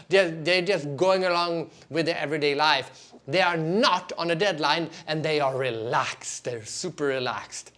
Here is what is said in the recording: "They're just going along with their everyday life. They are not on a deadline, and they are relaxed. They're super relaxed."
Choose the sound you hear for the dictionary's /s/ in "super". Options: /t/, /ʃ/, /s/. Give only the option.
/s/